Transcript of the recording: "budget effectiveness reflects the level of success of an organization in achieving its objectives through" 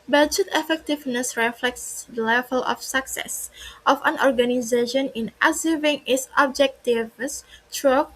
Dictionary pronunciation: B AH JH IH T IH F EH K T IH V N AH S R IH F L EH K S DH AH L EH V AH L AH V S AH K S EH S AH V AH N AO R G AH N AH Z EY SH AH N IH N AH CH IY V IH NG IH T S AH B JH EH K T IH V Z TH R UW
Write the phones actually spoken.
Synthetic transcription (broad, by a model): B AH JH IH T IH F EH K T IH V N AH S R IH F L EH K S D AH L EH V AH L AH F S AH K S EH S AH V AH N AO R G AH N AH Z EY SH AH N IH N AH S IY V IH NG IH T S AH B JH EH K T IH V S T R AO